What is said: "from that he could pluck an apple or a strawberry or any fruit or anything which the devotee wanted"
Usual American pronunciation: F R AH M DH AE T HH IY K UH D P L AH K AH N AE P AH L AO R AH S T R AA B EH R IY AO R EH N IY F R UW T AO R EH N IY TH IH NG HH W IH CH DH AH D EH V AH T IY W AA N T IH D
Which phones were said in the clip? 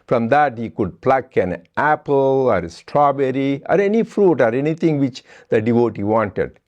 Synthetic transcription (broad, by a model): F R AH M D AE T HH IY K UH D P L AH K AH N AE P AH L AO R S T R AA B EH R IY AO R EH N IY F R UW T AO R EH N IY T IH NG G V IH CH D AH D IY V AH T IY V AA N T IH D